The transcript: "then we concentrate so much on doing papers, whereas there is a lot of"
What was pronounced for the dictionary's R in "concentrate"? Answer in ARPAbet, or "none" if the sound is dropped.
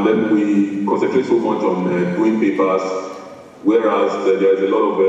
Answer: none